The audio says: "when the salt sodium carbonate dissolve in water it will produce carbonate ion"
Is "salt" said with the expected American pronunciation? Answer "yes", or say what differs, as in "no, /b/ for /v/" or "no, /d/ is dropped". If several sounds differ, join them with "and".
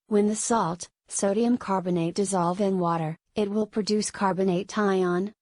yes